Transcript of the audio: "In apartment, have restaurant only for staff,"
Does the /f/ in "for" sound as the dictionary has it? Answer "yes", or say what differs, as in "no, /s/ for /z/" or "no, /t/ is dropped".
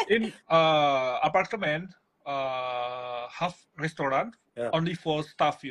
yes